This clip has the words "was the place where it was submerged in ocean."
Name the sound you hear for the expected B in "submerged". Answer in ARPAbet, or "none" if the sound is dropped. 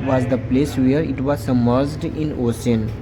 none